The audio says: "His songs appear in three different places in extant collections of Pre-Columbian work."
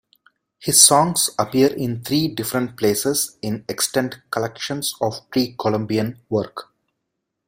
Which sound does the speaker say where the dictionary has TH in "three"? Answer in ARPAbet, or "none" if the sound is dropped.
T